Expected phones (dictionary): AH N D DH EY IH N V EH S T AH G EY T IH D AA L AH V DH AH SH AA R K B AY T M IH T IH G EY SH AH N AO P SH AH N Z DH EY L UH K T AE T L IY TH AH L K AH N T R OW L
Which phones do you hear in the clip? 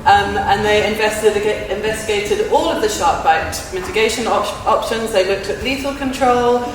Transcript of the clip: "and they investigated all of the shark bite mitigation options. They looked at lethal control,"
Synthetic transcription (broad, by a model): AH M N DH EY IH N V EH S T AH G EY T IH D AA L AH V DH AH SH AA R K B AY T M IH T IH G EY SH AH N AO P SH AH N Z DH EY L UH K T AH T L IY T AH L K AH N T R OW L